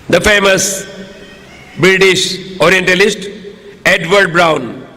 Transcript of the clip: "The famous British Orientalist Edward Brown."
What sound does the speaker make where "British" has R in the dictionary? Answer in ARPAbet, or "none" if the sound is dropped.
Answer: R